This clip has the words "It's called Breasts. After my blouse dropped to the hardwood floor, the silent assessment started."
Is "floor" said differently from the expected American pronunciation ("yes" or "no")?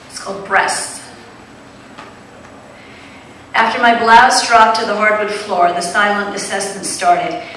no